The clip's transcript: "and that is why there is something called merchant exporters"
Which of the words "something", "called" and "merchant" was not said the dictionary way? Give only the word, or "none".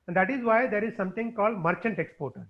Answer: something